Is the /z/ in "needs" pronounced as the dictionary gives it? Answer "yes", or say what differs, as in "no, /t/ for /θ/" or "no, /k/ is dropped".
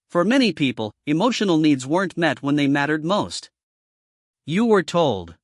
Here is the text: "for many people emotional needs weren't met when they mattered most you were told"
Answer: yes